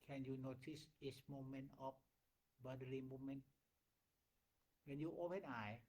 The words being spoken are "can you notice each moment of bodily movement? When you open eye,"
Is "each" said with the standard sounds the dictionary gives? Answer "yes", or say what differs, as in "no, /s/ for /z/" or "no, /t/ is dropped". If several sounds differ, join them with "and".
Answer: no, /s/ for /tʃ/